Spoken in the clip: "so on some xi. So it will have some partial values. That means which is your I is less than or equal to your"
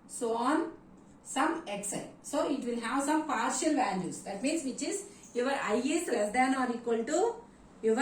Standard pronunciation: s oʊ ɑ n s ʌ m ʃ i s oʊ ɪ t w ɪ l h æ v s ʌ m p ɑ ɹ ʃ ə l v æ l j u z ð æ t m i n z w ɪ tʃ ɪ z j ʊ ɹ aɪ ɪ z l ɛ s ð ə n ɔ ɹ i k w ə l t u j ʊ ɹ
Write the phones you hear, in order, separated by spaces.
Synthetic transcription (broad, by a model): s oʊ ɑ n s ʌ m s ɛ s oʊ ɪ t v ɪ l h æ v s ʌ m p ɑ ɹ ʃ ə l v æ n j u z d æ t m i n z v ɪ tʃ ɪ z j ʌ ɹ aɪ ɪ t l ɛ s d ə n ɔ ɹ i k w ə l t u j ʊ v